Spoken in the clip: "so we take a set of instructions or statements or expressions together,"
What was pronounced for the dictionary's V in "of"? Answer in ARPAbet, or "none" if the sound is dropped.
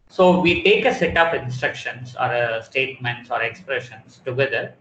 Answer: P